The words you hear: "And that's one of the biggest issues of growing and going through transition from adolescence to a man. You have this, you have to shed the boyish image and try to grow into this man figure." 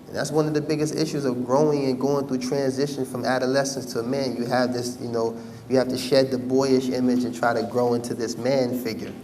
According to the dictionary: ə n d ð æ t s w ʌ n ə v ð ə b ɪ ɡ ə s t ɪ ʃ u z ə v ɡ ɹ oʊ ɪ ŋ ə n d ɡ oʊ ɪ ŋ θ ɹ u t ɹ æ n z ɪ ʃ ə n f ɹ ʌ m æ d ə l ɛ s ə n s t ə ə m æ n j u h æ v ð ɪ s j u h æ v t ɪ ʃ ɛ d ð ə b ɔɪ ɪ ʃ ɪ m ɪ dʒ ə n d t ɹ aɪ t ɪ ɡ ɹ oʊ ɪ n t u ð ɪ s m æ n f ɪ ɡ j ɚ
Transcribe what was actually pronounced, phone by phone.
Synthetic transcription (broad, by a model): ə n ð æ t s w ʌ n ə v ð ə b ɪ ɡ ə s t ɪ ʃ u z ə v ɡ ɹ oʊ ɪ ŋ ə n ɡ oʊ ɪ ŋ θ ɹ u t ɹ æ n z ɪ ʃ ə n f ɹ ʌ m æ d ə l ɛ s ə n s t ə ə m æ n j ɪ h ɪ v ð ɪ s j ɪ h æ f t ɪ ʃ ɛ d ð ə b ɔɪ ɪ ʃ ɪ m ɪ dʒ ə n t ɹ aɪ t ɪ ɡ ɹ oʊ ɪ n t u ð ɪ s m æ n f ɪ ɡ j ɚ